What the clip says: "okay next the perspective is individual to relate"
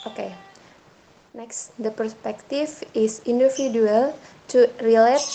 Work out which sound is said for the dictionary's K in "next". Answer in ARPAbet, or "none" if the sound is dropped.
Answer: K